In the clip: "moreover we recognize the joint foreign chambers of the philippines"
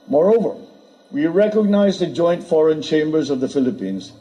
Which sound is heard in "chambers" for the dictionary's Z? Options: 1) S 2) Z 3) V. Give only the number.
2